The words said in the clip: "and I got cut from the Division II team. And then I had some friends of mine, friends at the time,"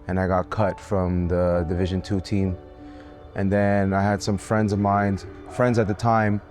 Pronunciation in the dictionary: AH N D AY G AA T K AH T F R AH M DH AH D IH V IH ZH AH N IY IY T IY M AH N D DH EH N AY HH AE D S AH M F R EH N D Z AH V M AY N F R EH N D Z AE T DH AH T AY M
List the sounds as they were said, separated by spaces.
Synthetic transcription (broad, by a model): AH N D AY G AA T K AH T F R AH M DH AH D IH V IH ZH AH N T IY T IY M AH N DH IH N AY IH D S AH M F R EH N D Z AH V M AY N F R EH N D Z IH T DH AH T AY M